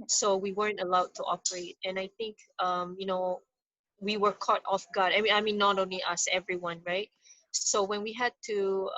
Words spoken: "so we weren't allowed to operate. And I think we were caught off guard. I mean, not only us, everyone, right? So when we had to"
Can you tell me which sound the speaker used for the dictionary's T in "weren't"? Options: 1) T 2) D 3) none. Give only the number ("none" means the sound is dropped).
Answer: 1